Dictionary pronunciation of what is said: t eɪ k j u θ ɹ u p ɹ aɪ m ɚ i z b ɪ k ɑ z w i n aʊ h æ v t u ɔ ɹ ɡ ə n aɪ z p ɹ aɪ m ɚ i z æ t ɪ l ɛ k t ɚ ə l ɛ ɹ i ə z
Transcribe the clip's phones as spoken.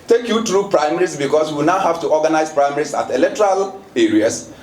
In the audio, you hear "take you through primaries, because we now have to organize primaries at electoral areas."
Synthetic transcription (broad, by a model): t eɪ k j u t ɹ u p ɹ aɪ m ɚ i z b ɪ k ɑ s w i n aʊ h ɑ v t u ɔ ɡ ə n aɪ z p ɹ aɪ m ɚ i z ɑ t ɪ l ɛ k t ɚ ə l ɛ ɹ i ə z